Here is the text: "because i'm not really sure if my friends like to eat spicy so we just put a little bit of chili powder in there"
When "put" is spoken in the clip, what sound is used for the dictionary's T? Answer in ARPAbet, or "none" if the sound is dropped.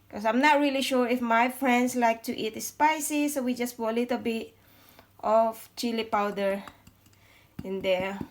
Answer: none